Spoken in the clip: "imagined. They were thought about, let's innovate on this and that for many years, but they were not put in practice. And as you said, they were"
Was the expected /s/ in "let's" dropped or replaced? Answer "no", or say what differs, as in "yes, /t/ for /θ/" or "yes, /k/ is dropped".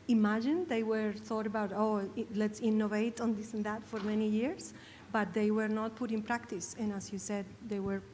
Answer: no